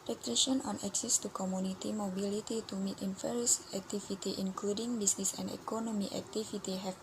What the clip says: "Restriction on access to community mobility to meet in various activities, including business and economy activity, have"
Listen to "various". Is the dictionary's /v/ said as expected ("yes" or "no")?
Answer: no